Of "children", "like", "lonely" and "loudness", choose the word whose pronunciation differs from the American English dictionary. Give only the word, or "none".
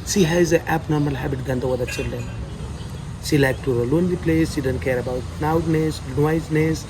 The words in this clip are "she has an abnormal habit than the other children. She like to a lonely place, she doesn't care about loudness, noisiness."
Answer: loudness